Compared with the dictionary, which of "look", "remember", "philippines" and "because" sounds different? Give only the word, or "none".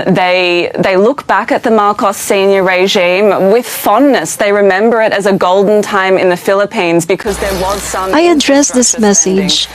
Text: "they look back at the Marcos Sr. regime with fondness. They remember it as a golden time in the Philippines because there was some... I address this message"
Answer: none